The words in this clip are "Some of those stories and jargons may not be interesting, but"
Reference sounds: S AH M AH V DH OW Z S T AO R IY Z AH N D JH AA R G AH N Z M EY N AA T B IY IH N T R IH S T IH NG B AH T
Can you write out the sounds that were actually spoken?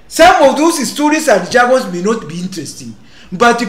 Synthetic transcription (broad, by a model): S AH M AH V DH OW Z S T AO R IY S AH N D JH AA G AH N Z M EY N AA T B IY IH N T R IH S T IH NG B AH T